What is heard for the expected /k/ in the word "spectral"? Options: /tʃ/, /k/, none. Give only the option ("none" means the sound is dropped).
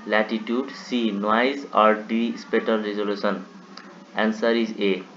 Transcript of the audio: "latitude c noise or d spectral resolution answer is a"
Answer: none